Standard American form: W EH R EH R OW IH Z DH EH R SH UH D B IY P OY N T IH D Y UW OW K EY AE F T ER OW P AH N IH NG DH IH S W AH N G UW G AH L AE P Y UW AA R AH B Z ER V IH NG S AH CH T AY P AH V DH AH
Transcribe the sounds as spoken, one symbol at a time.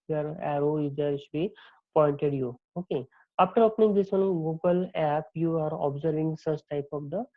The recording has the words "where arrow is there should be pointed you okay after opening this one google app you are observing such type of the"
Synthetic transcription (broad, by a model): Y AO R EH R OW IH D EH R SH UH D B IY P OY N T IH D Y UW OW K EY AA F T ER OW P N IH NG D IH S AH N G UW G AH L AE P Y UW AA R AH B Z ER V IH NG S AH S T AY P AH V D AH